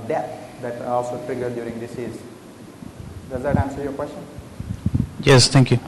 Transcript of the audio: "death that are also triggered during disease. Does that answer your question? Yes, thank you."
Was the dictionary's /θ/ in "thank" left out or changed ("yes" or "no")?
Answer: yes